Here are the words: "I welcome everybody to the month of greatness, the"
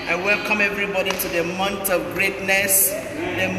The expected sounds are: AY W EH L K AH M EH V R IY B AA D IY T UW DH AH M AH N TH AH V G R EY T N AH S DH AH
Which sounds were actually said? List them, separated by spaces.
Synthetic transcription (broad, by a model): AY W EH L K AH M EH V R IY B AA D IY T UW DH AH M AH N T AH G R EY T N AH S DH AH